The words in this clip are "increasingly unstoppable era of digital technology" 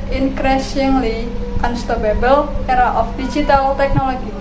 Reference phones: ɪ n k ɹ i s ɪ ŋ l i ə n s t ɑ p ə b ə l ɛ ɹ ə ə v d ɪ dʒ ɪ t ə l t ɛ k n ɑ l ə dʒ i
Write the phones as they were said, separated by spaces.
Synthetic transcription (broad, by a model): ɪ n k ɹ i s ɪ ŋ l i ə n s t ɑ b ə b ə l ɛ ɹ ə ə f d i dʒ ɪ t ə l t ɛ k n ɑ l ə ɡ i